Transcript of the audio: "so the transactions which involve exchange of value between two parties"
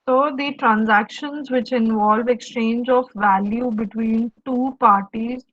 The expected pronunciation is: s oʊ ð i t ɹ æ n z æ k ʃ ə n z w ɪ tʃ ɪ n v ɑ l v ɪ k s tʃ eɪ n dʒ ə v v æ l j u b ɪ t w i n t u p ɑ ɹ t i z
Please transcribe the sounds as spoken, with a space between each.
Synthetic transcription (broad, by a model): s oʊ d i t ɹ æ n z æ k ʃ ə n z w ɪ tʃ ɪ n v ɑ l v ɪ k s tʃ eɪ n dʒ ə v v æ l j u b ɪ t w i n t u p ɑ ɹ t i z